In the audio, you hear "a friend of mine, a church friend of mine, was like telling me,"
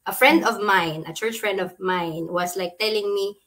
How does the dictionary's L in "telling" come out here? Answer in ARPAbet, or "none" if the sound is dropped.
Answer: L